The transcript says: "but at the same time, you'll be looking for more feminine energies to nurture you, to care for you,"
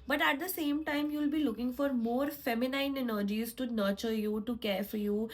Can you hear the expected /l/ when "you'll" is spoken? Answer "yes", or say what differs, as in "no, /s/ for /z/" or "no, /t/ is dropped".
yes